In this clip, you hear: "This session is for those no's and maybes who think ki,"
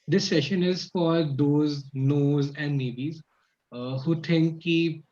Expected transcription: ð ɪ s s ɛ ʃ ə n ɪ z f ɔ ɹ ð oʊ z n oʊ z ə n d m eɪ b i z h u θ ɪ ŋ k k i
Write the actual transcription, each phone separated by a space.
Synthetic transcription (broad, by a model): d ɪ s s ɛ ʃ ə n ɪ z f ɔ ɹ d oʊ z n oʊ z ə n d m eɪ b i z h u t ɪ ŋ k k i